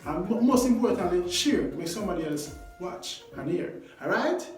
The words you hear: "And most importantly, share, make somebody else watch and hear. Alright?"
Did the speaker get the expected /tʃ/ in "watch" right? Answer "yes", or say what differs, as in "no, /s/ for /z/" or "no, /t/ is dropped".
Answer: yes